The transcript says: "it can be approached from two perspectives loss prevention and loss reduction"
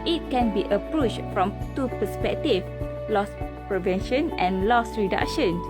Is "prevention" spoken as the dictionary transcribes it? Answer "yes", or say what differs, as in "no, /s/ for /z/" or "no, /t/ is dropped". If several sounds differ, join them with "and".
yes